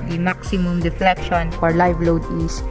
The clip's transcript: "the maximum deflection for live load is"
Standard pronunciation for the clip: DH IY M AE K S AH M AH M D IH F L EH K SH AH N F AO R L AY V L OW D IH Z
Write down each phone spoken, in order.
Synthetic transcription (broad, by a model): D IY M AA K S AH M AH M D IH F L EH K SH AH N F AO R L AY V L OW D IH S